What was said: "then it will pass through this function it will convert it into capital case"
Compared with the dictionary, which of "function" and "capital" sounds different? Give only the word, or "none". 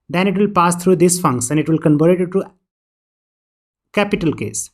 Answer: function